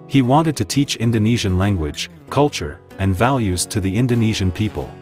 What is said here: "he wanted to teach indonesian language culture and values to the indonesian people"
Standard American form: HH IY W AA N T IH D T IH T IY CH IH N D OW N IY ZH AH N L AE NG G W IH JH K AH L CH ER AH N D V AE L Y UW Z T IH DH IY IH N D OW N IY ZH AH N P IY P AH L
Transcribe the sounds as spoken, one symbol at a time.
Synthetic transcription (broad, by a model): HH IY W AA N T IH D T IH T IY CH IH N D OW N IY ZH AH N L AE NG G W IH JH K AH L CH ER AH N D V AE L Y UW Z T IH DH IY IH N D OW N IY ZH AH N P IY P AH L